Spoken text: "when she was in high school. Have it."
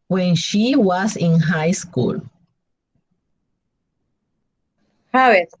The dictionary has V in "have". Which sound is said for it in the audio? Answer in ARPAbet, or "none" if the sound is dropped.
W